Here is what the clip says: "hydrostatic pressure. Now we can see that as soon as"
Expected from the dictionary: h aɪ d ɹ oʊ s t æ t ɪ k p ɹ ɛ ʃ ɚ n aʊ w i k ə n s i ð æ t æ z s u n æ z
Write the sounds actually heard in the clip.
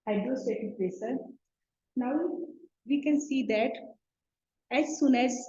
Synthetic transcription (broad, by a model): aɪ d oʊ s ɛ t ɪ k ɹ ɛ s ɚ n aʊ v i k ə n s i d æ t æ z s u n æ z